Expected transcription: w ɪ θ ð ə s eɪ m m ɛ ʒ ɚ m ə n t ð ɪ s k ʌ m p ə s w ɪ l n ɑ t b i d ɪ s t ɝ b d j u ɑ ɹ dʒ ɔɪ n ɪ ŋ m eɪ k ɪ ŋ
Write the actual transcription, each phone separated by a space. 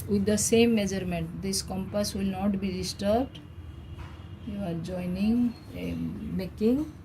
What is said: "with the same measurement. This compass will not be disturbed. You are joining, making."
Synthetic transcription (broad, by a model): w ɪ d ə s eɪ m m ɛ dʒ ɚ m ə n t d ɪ s k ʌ m p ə s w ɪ l n ɑ t b i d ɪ s t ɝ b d j u ɑ ɹ dʒ ɔɪ n ɪ ŋ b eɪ k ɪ ŋ